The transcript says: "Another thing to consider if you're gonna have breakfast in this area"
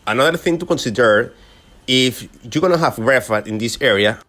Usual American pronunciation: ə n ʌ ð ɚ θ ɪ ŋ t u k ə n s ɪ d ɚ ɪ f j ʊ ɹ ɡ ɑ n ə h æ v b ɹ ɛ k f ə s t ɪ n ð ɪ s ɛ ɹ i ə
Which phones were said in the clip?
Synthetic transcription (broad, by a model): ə n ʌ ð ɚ θ ɪ ŋ t u k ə n s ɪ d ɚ ɪ f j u ɡ ɑ n ə h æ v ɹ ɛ f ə t ɪ n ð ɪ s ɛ ɹ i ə